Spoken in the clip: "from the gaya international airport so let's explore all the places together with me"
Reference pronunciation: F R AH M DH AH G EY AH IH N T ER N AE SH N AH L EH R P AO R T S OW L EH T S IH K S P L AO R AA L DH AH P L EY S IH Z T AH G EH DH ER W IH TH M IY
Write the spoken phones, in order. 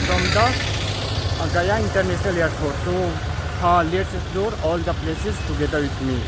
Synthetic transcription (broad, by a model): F R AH M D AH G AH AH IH N T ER N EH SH N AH L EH R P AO R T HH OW L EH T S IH S L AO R AA L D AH P L EY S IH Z T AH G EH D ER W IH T M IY